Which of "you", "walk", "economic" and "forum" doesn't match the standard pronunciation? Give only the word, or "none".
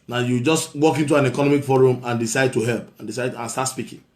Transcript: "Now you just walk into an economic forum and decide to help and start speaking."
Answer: none